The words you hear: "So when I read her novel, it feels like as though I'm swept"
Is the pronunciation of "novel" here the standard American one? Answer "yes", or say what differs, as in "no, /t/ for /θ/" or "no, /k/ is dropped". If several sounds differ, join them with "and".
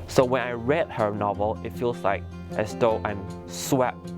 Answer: yes